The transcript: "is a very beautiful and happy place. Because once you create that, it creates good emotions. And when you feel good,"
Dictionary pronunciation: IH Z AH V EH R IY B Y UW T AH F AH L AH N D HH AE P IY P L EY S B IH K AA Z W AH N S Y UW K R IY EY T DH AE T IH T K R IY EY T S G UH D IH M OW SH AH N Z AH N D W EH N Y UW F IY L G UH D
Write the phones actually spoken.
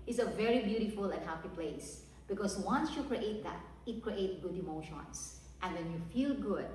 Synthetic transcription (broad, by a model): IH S AH V EH R IY B Y UW T AH F AH L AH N HH AE P IY P L EY S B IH K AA S W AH N S Y UW K R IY EY T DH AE T IH T K R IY EY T G UH D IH M OW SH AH N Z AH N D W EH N Y UW F IY L G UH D